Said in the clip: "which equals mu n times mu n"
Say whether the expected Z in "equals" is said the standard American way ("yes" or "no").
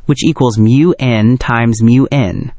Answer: yes